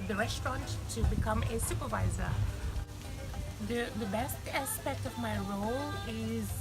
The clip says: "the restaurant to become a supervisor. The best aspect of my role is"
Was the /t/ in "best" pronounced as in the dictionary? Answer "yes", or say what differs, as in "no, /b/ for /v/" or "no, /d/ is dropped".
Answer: yes